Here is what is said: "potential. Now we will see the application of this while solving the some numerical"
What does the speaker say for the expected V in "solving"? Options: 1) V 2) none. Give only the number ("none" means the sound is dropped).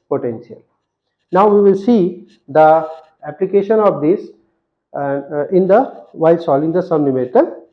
2